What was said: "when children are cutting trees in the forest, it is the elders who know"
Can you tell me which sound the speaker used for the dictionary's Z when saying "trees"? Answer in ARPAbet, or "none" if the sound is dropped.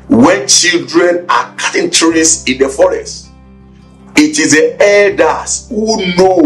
S